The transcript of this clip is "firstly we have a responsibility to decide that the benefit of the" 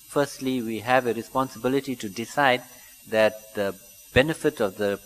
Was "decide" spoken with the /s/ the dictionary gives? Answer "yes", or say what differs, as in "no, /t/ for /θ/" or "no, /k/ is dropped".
yes